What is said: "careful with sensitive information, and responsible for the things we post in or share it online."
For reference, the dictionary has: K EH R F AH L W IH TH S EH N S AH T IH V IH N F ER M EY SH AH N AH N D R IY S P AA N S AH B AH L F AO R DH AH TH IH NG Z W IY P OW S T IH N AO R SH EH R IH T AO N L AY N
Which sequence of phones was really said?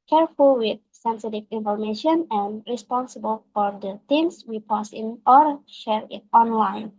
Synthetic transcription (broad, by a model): K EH R F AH L W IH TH S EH N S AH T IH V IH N F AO M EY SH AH N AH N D R IY S P AA N S AH B AH L F AO R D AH T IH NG S W IY P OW S IH N AO R SH EH R IH T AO N L AY N